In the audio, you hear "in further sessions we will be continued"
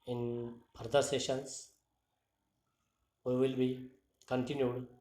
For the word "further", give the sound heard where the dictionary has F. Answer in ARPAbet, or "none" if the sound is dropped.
P